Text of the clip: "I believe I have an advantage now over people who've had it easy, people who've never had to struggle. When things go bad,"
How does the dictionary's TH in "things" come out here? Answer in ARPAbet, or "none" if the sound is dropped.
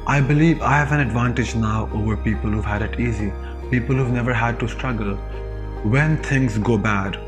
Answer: T